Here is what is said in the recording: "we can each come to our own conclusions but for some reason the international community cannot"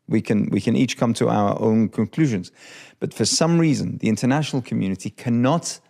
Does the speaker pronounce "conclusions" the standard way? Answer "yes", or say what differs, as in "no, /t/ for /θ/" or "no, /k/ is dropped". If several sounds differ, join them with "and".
yes